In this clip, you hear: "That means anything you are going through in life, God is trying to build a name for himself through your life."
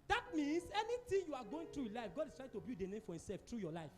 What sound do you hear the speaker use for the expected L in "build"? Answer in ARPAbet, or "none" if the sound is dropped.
none